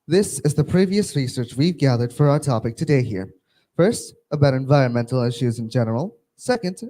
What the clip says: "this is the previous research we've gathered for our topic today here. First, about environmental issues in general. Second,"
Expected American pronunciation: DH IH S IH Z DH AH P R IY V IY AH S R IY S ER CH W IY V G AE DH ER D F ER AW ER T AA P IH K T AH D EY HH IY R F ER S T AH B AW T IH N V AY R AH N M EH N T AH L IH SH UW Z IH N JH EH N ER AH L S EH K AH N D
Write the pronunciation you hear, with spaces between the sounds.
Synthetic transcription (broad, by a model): DH IH S IH Z DH AH P R IY V IY AH S R IY S ER CH W IY V G AE DH ER D F ER AW ER T AA P IH K T AH D EY HH IY R F ER S T AH B AW T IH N V AY R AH N M EH N T L IH SH UW Z IH N JH EH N ER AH L S EH K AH N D